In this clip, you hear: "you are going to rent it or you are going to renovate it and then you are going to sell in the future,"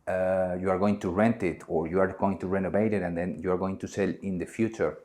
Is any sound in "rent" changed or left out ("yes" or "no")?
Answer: no